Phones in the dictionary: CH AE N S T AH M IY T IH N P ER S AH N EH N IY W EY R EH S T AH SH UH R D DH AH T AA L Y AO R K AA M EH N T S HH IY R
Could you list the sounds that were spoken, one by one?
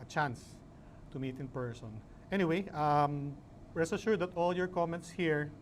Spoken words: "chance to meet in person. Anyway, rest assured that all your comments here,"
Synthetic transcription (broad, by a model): CH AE N S T AH M IY T IH N P ER S AH N EH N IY W EY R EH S AH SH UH R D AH T AA L Y AO R K AA M EH N T S HH IY R